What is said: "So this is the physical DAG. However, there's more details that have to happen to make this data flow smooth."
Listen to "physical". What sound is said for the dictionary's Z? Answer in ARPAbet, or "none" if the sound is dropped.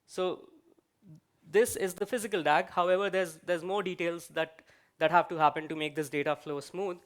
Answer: Z